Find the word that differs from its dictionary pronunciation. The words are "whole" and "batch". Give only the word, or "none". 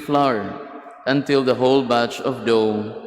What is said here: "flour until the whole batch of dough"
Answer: none